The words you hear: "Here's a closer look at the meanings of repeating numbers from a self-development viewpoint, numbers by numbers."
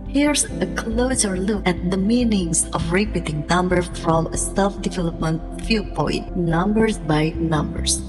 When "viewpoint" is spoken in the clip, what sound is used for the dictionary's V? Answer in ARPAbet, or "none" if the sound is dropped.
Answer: F